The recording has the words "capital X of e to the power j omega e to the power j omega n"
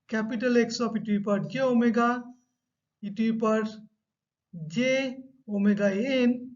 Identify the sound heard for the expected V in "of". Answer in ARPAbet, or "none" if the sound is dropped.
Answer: P